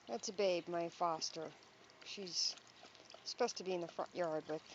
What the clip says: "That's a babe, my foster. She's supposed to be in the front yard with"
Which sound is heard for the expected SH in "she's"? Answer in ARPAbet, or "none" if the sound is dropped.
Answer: SH